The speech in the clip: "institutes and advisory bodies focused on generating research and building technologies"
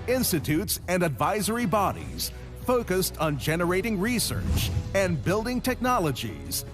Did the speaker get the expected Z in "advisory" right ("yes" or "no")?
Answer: yes